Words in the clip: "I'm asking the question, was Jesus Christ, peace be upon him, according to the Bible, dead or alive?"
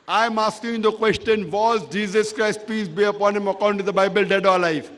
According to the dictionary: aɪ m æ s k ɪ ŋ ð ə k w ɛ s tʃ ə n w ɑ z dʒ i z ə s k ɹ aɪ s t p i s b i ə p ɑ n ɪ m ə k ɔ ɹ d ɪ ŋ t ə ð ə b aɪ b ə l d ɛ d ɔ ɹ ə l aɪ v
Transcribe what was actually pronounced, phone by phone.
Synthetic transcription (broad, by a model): aɪ m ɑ s k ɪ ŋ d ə k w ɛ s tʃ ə n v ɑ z dʒ i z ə s k ɹ aɪ s t p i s b i ə p ɑ n ɪ m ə k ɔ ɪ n t ə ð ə b aɪ b ə l d ɛ d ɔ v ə l aɪ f